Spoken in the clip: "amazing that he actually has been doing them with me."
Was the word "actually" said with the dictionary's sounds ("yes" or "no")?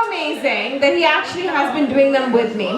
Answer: yes